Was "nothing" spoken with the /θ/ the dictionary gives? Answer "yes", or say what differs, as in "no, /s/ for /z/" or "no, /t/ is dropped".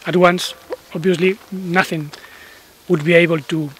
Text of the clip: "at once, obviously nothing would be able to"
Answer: yes